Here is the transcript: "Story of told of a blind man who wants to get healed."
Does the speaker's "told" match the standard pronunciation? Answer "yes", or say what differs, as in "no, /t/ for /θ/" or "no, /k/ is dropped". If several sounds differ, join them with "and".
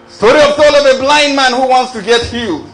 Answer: no, /d/ is dropped